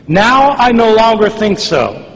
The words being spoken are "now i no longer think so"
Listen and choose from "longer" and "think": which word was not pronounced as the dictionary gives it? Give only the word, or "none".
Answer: none